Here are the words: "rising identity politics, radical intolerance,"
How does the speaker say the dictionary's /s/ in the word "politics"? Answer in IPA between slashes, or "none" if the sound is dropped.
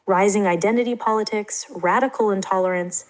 /s/